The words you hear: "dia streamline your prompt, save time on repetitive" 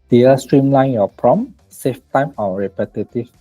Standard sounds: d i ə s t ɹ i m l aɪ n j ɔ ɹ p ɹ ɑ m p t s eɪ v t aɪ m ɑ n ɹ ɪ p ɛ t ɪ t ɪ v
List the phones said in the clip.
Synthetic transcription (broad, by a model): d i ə s t ɹ i m l aɪ n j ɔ p ɹ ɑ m s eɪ f t aɪ m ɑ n ɹ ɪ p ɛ t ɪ t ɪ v